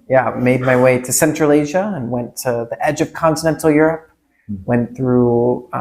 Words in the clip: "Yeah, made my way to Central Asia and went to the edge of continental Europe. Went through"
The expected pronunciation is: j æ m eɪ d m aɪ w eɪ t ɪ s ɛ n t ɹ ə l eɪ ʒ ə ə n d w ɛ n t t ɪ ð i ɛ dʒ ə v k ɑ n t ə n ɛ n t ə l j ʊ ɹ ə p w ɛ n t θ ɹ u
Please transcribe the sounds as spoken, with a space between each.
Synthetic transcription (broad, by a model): j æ m eɪ d m aɪ w eɪ t ɪ s ɛ n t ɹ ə l eɪ ʒ ə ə n w ɛ n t t ɪ ð i ɛ dʒ ə v k ɑ n t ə n ɛ n t l j ʊ ɹ ə p w ɛ n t θ ɹ u